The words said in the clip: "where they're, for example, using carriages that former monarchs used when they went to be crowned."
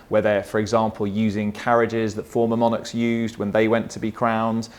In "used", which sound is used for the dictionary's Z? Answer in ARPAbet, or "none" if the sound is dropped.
Z